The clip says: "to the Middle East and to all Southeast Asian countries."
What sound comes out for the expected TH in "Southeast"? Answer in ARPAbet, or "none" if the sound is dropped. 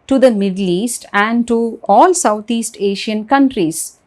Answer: T